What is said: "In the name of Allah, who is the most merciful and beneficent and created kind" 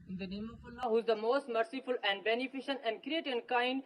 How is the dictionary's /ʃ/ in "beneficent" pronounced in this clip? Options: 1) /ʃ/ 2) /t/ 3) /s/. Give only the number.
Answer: 1